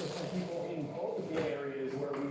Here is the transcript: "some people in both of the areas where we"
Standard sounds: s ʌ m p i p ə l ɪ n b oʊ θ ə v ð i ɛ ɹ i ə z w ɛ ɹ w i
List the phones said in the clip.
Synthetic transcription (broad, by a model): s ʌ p i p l ɪ n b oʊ t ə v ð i ɛ ɹ i ə z w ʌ ɹ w i